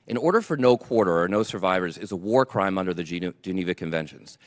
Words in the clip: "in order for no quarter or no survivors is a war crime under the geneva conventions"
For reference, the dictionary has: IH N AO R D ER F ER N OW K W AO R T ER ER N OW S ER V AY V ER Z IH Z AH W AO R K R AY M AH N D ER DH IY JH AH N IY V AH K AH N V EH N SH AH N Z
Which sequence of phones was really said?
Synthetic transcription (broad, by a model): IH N AO R D ER F ER N OW K W AO R T ER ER N OW S ER V AY V ER Z IH Z AH W AO R K R AY M AH N D ER DH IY JH AH N IY V AH K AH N V EH N SH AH N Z